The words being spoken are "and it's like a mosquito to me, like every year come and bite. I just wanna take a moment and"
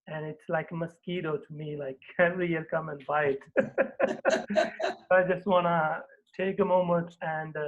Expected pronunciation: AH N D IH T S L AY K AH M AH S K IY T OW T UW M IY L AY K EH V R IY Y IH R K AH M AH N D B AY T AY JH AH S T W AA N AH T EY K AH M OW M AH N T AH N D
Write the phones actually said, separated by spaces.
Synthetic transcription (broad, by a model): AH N IH T S L AY K AH M AH S K IY T OW T UW M IY L AY K EH V R IY Y IH R K AH M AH N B AY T AY JH AH S T W AA N AH T EY K AH M OW M AH N T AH N D